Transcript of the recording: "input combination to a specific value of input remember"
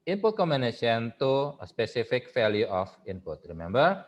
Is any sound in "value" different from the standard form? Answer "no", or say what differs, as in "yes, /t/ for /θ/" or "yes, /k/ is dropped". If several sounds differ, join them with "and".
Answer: yes, /f/ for /v/